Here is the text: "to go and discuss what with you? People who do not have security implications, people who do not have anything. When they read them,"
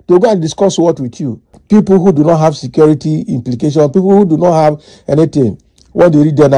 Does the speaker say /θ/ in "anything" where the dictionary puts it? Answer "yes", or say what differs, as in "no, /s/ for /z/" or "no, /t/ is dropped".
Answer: no, /t/ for /θ/